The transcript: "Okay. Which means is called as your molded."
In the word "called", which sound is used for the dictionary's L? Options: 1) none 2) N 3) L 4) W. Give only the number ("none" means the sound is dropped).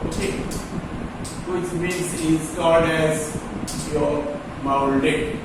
1